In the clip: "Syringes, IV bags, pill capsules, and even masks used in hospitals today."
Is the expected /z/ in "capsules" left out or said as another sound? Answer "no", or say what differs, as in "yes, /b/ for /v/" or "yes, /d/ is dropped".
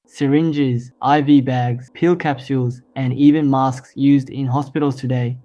no